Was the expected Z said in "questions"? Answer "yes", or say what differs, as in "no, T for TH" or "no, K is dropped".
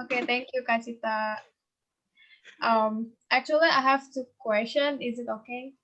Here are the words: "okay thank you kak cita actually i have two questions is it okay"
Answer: no, Z is dropped